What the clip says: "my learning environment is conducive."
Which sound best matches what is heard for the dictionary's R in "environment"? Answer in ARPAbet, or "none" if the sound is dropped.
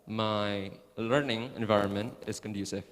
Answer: R